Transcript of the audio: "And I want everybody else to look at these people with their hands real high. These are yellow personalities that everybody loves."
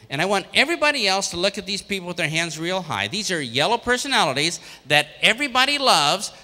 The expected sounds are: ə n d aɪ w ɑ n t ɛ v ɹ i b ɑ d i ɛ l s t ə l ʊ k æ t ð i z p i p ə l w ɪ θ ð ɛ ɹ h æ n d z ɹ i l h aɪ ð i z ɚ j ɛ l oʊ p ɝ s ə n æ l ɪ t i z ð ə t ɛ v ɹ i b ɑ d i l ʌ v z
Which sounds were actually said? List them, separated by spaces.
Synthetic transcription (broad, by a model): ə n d aɪ w ɑ n t ɛ v ɹ i b ɑ d i ɛ l s t ə l ʊ k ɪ t ð i z p i p l w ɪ ð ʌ ɹ h æ n d z ɹ i l h aɪ ð i z ɚ j ɛ l oʊ p ɝ s ə n æ l ɪ t i z ð ə t ɛ v ɹ i b ɑ d i l ʌ v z